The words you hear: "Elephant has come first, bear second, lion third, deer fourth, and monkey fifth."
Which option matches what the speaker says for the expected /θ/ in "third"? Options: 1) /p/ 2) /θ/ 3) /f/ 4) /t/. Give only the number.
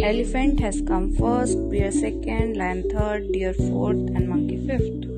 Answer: 4